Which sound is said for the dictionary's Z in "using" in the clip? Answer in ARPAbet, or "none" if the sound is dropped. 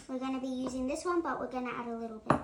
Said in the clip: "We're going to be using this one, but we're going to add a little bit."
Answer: Z